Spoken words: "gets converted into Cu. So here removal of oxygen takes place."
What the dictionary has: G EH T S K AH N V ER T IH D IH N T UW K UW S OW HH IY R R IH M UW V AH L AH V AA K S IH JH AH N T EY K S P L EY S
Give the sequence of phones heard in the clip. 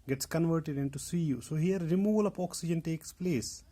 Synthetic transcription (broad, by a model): G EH T S K AH N V ER T IH D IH N T UW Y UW S OW HH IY R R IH M UW V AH L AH P AA K S IH JH AH N T EY K S P L EY S